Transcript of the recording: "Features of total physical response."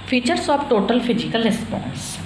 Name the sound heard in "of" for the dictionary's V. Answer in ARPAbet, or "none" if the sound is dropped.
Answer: P